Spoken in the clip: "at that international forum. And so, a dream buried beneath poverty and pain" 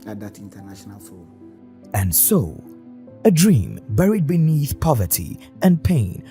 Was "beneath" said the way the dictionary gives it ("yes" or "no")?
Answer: yes